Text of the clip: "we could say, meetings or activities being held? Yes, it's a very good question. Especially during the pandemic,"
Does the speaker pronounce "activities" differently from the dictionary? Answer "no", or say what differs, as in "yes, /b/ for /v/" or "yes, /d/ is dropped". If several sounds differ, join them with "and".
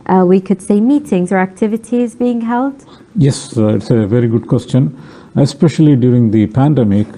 no